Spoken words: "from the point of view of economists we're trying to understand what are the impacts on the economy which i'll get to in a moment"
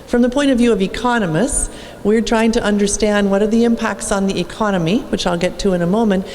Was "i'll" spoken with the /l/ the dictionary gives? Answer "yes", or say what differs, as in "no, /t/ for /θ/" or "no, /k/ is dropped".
yes